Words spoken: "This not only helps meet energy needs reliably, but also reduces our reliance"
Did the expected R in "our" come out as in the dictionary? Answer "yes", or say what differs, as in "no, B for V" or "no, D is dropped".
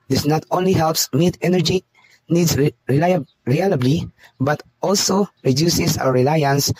no, W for R